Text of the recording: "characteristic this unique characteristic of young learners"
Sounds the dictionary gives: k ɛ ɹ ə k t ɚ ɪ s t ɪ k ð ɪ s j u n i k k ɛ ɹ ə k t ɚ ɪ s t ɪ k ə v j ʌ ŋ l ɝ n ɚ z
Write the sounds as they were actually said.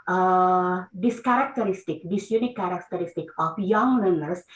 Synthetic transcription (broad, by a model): k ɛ ɹ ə k t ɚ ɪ s t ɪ k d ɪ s j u n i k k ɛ ɹ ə k t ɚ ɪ s t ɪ k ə p j ʌ ŋ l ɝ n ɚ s